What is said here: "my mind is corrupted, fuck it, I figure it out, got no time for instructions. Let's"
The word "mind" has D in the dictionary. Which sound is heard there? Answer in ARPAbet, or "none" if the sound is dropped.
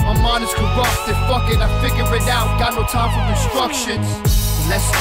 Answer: none